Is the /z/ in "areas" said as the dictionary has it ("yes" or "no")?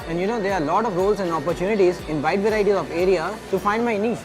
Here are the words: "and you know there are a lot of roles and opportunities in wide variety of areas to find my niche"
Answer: no